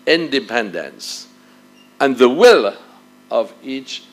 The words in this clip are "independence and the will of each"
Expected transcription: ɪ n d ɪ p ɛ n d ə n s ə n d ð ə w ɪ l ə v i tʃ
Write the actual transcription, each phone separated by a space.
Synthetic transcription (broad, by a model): ɪ n d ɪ p ɛ n d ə n s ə n ð ə w ɪ l ə v i tʃ